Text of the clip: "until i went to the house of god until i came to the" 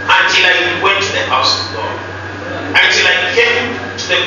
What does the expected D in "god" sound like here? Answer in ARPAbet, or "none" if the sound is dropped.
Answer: none